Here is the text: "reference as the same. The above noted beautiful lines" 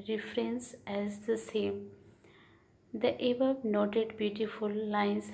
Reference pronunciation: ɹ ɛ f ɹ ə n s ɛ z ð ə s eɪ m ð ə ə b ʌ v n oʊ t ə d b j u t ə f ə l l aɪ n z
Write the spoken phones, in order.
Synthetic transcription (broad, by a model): ɹ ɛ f ɹ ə n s ɛ z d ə s eɪ m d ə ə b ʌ b n oʊ t ə d b j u t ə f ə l l aɪ n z